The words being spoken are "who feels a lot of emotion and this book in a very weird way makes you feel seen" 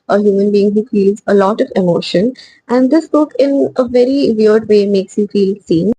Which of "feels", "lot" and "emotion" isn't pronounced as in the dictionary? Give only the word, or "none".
none